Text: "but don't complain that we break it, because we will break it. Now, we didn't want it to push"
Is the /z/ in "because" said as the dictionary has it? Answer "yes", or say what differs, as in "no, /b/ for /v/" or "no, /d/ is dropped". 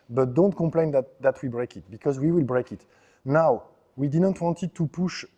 yes